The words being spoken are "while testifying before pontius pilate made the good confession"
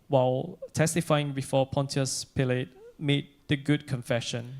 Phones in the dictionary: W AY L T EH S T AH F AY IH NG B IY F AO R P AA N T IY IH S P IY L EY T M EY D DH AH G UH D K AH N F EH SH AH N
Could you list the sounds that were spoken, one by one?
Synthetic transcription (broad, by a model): W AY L T EH S T AH F AY IH NG B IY F AO P AA N T IY IH S P IY L EY T M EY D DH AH G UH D K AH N F EH SH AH N